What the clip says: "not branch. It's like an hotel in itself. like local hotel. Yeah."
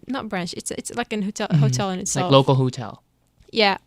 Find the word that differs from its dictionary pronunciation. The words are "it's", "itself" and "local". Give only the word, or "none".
itself